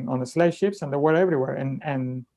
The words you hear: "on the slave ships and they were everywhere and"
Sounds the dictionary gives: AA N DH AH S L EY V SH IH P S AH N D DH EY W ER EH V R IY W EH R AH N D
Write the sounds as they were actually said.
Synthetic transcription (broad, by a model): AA N DH AH S L EY V SH IH P S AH N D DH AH W ER EH V R IY W EH R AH N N